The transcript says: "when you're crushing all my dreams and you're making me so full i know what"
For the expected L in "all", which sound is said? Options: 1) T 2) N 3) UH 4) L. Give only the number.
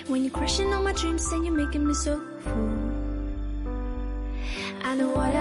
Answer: 2